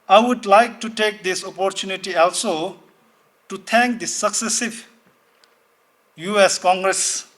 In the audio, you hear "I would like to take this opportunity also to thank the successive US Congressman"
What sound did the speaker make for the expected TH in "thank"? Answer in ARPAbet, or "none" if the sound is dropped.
T